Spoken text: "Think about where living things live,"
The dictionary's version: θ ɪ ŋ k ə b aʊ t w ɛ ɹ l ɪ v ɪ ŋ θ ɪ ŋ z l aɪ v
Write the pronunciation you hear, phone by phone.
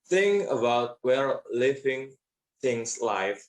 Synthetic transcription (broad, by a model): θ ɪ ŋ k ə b aʊ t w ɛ l l ɪ v ɪ ŋ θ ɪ ŋ s l aɪ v